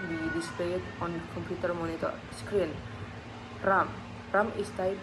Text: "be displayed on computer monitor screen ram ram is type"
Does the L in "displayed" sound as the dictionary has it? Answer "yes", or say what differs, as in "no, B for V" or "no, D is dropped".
no, L is dropped